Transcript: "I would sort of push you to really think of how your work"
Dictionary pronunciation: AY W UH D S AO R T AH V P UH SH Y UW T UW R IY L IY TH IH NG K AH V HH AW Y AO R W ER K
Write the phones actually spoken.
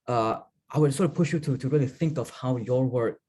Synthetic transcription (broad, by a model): AY W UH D S AO R T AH P UH SH Y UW T UW R IY L IY TH IH NG K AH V HH AW Y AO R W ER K